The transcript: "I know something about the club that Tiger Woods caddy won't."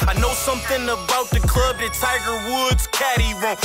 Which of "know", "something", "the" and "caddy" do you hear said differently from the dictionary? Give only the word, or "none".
none